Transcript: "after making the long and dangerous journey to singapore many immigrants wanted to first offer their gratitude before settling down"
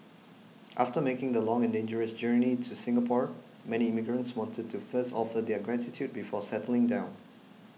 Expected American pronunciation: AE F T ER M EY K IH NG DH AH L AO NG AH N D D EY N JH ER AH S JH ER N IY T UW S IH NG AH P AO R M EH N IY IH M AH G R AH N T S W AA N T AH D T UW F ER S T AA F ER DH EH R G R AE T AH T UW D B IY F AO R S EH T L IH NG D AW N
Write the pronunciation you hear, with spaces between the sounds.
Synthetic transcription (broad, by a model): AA F T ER M EY K IH NG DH AH L AO NG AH N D D EY N JH ER AH S JH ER N IY T UW S IH NG AH P AO R M EH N IY IH M AH G R AH N T S W AA N T AH D T UW F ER S T AA F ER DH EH G R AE T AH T UW D B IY F AO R S EH T L IH NG D AW N